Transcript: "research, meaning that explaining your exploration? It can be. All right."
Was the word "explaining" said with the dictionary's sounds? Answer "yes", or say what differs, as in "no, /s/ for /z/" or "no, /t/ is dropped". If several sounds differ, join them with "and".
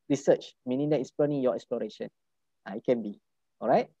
no, /k/ is dropped